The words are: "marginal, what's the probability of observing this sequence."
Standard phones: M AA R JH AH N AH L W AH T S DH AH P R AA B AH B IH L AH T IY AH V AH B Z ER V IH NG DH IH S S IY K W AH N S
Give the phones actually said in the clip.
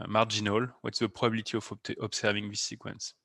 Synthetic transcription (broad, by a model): M AA R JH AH N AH L W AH T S DH AH P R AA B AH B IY L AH T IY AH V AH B S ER V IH NG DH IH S S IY K W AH N S